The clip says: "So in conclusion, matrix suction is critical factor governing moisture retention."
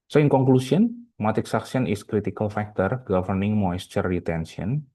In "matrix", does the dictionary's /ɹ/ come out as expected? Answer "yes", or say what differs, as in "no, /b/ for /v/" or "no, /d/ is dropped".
no, /ɹ/ is dropped